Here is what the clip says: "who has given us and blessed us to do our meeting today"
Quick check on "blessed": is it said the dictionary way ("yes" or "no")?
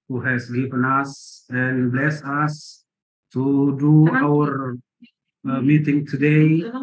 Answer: no